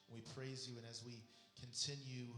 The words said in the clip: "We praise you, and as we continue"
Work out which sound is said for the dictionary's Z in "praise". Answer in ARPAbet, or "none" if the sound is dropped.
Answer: Z